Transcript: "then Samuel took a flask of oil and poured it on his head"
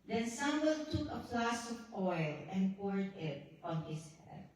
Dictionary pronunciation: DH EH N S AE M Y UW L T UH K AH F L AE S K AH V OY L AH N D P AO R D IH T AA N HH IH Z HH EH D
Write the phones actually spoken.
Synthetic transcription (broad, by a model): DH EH N S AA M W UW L T UH K AH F L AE S AH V OY L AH N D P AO R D IH T AA N HH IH S HH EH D